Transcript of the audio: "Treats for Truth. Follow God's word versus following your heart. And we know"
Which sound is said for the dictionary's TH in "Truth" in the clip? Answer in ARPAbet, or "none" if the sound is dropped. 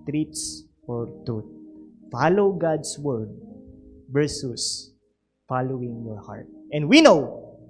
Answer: T